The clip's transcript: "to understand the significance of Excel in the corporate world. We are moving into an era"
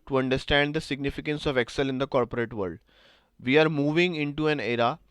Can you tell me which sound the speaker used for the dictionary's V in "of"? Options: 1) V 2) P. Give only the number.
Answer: 1